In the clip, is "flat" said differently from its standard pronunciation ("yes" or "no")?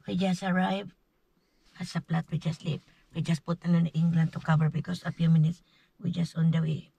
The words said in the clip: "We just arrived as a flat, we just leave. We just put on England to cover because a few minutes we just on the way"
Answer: yes